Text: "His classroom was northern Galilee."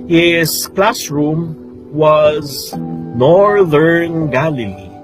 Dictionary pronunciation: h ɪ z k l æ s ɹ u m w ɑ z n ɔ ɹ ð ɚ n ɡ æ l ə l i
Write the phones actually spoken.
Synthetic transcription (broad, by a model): h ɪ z k l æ s ɹ u m w ɑ z n ɔ ɹ ð ɚ n ɡ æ l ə l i